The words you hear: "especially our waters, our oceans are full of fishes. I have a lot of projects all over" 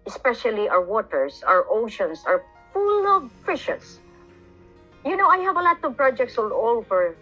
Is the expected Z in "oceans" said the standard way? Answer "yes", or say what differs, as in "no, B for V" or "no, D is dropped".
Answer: no, S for Z